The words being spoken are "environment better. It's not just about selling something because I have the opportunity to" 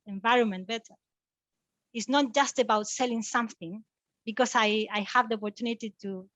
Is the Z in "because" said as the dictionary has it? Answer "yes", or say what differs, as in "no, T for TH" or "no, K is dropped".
no, S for Z